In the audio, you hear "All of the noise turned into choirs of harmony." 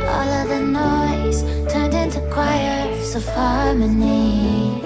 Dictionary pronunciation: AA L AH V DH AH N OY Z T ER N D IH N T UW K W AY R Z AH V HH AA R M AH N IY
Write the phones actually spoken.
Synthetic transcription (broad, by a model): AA L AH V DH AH N OY Z T ER N D IH N T UW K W AY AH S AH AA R M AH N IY